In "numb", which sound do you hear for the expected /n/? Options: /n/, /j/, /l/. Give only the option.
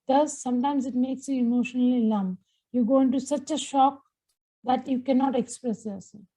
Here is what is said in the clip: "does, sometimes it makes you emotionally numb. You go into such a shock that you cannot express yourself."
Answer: /l/